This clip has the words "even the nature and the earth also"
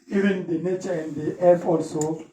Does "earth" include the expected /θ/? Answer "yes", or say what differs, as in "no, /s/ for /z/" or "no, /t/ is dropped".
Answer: no, /f/ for /θ/